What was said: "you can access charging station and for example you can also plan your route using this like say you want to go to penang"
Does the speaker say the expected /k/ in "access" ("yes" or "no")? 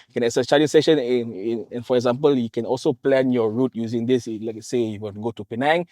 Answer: no